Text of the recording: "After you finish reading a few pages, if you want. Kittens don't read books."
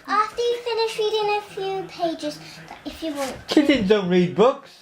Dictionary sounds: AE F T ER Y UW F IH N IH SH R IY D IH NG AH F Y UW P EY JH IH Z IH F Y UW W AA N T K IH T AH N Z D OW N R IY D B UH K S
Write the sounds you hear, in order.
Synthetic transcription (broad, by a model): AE F T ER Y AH F IH N IH SH R IY D IH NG AH F Y UW P EY JH IH Z IH F Y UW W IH L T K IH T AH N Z D OW N R IY D B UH K S